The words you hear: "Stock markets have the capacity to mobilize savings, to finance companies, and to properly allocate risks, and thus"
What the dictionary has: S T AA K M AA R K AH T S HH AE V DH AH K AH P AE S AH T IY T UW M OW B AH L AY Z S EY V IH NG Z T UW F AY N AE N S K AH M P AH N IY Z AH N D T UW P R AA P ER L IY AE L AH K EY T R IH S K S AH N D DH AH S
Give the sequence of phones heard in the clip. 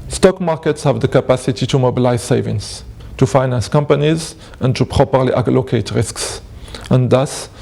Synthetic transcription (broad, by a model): S T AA K M AA R K AH T S HH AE V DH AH K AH P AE S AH T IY T UW M OW B AH L AY Z S EY V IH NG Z T UW F AY N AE N S K AH M P AH N IY Z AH N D T UW P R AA P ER L IY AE L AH K EY T R IH S K S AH N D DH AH S